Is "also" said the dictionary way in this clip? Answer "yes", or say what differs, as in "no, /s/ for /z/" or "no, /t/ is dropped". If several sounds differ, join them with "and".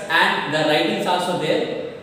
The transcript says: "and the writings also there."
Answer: yes